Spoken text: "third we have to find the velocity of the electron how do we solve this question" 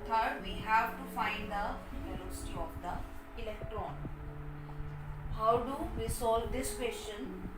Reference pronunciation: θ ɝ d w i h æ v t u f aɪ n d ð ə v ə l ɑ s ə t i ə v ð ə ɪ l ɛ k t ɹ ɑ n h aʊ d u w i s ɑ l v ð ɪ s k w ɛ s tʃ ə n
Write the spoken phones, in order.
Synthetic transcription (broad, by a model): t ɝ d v i h æ v t u f aɪ n d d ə p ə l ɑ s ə t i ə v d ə ɪ l ɛ k t ɹ ɑ n h aʊ d u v i s ɑ l v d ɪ s k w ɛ s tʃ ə n